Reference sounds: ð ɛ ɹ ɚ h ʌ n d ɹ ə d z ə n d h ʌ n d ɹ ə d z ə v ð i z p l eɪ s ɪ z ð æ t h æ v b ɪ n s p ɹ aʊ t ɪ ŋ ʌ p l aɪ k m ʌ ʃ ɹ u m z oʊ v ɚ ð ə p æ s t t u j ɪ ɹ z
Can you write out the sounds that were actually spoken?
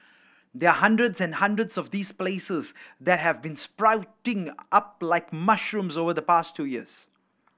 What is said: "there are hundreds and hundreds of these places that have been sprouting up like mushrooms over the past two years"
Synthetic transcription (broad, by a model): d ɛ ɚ h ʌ n d ɹ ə d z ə n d h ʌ n d ɹ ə d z ə v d i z p l eɪ s ɪ z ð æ t h æ v b ɪ n s p ɹ aʊ t ɪ ŋ ʌ p l aɪ k m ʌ ʃ ɹ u m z oʊ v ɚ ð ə p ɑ s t t u j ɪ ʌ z